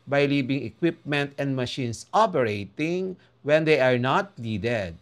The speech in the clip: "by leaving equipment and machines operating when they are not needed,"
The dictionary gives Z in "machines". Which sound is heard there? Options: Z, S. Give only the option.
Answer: S